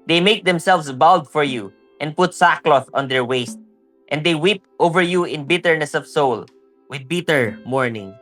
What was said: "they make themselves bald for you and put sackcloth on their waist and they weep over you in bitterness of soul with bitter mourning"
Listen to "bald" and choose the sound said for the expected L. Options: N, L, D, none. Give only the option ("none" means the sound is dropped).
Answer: L